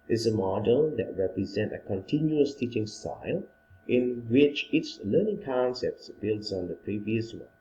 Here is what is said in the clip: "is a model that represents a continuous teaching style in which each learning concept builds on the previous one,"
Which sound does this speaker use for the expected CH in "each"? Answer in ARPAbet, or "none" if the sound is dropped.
S